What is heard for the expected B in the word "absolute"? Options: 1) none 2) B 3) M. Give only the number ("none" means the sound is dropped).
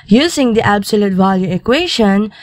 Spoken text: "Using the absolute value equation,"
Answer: 2